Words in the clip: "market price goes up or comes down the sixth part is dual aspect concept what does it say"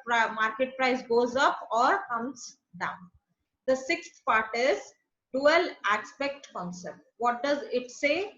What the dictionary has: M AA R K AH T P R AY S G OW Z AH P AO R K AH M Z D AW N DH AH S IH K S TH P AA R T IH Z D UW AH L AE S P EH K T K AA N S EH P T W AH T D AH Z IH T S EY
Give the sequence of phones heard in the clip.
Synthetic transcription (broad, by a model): M AA R K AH T P R AY S G OW Z AH P AO R K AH M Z D AW N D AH S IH K S T P AA R T IH Z D UW AH L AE S P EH K T K AA N S EH P T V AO T D AH Z IH T S EY